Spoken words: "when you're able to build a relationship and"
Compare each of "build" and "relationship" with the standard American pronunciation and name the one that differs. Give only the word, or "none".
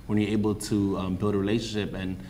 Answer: none